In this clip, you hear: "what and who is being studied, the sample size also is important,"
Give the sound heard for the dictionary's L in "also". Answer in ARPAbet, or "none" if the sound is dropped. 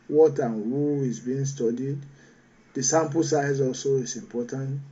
L